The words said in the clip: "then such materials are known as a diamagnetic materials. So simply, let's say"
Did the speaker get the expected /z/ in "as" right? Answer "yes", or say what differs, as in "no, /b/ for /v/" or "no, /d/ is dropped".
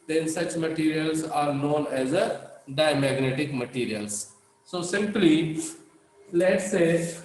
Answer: yes